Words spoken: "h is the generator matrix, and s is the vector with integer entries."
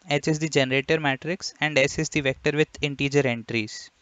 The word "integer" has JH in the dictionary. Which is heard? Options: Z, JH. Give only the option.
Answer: JH